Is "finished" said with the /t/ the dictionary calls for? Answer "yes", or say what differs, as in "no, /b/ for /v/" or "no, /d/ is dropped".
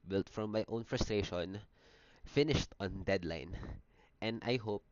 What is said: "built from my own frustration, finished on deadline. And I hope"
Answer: yes